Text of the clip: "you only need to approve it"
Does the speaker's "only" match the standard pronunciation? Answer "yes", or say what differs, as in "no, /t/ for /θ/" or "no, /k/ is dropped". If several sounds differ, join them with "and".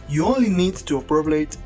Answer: yes